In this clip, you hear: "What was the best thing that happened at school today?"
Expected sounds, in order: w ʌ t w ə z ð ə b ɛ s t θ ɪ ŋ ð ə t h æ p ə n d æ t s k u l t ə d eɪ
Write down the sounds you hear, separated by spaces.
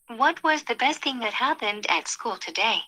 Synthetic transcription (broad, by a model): w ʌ t w ə z ð ə b ɛ s t θ ɪ ŋ ð ə t h æ p ə n d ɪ t s k u l t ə d eɪ